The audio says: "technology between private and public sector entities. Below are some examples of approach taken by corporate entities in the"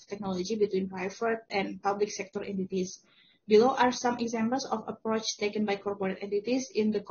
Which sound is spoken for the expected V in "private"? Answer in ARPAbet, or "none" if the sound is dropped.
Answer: F